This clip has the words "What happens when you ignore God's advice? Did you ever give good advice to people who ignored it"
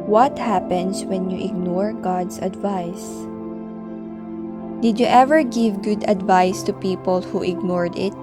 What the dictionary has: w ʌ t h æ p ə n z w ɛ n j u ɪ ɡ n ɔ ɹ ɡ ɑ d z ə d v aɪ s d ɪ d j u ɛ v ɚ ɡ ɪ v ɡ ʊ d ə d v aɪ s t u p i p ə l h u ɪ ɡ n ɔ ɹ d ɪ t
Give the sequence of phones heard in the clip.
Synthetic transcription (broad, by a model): w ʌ t h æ p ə n s w ɛ n j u ɪ ɡ n ɔ ɹ ɡ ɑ d s ə d v aɪ s d ɪ d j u ɛ v ɚ ɡ ɪ v ɡ ʊ d ə d v aɪ s t u p i p ə l h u ɪ ɡ n ɔ ɹ d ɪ t